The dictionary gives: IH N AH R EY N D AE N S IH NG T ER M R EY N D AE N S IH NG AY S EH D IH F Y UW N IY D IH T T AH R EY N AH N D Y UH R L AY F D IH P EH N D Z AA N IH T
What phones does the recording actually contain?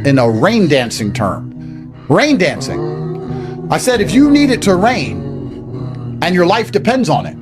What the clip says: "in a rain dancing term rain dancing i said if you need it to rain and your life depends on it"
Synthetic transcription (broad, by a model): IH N AH R EY N D AE N S IH NG T ER M R EY N D AE N S IH NG AY S EH D IH F Y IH N IY D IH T T AH R EY N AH N Y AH R L AY F D IH P EH N D Z N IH T